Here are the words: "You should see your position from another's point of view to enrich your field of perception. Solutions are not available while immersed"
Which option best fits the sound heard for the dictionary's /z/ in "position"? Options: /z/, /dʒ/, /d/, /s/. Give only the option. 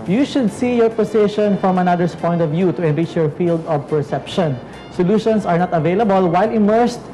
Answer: /s/